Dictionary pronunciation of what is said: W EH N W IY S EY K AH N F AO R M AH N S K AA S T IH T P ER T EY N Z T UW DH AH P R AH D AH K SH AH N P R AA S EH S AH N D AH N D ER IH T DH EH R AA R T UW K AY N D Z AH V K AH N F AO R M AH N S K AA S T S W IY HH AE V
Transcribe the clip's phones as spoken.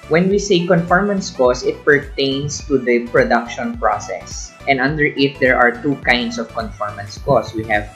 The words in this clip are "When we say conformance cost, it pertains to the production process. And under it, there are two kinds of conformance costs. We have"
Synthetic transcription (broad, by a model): W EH N W IY S EY K AH N F AO R M AH N S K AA S IH T P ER T EY N S T UW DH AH P R AH D AH K SH AH N P R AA S EH S AH N D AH N D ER IH T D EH R AA R T UW K AY N D S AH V K AH N F AO R M AH N S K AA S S W IY HH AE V